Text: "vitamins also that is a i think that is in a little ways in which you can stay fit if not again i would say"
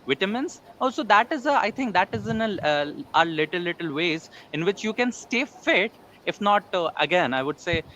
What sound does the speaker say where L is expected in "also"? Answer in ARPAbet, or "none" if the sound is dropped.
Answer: none